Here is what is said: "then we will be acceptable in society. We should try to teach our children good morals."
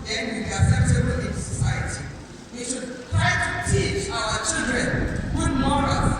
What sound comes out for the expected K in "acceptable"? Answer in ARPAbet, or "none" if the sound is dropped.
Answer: none